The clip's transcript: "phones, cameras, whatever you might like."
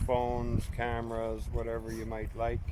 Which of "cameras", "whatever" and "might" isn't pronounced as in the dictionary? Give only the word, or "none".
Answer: none